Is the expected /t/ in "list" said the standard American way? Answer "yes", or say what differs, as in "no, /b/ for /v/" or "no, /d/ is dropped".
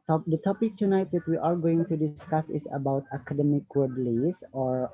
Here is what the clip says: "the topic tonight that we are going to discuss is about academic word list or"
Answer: no, /t/ is dropped